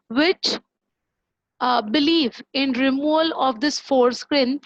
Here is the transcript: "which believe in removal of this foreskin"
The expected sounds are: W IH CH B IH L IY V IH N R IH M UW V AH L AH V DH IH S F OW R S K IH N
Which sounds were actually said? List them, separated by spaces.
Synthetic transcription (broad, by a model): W IH CH B IH L IY V IH N R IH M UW AH L AH V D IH S F OW R S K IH N